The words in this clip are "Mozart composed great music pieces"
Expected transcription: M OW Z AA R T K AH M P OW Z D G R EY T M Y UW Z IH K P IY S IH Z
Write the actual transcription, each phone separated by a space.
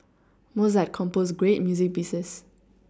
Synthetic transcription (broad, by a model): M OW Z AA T K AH M P OW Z G R EY T M Y UW Z IH K B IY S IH S